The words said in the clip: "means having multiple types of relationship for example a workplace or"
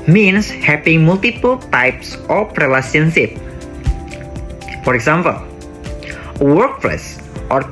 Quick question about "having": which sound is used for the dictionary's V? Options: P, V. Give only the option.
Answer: P